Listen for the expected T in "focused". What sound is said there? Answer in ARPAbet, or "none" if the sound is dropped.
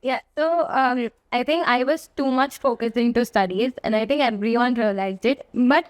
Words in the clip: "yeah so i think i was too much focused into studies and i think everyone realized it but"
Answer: none